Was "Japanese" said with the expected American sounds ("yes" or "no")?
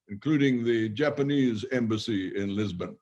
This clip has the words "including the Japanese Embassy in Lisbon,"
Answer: yes